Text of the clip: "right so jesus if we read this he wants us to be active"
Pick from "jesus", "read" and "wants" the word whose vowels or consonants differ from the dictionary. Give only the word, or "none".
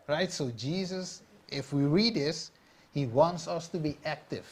none